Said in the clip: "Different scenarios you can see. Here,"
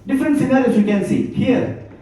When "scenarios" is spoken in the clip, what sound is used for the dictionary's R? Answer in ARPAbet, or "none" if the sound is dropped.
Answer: L